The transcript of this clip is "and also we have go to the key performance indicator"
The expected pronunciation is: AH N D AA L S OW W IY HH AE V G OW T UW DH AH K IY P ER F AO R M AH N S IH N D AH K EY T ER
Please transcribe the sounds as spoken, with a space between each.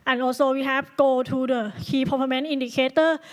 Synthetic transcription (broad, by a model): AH N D AA L S OW W IY HH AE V G OW T UW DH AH K IY P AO P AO M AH N IY N D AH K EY T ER